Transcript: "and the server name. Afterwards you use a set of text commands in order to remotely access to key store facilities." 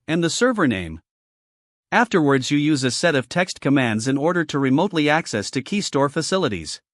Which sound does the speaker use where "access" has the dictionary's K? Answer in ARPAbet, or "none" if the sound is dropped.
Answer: K